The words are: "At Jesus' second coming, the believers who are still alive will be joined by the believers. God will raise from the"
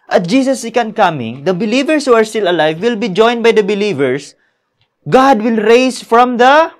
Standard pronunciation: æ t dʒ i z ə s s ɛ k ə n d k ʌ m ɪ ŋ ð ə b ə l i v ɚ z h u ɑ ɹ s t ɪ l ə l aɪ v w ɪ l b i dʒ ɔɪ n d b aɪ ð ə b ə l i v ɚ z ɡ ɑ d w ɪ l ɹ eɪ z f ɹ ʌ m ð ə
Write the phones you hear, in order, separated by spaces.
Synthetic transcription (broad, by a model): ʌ t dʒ i s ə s s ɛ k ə n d k ʌ m ɪ ŋ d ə b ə l i v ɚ s h u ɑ ɹ s t ɪ l ə l aɪ v w ɪ l b i dʒ ɔɪ n d b aɪ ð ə b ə l i v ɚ s ɡ ɑ d w ɪ l ɹ eɪ s f ɹ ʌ m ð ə